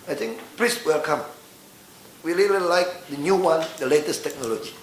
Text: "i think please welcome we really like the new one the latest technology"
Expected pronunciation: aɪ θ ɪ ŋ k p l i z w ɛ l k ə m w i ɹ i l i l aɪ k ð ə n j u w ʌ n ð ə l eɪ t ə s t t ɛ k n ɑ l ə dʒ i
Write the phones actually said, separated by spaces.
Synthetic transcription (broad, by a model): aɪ t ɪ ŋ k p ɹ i s w ɛ l k ə m w i l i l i l aɪ k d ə n j u w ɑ n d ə l eɪ t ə s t t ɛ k n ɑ l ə dʒ i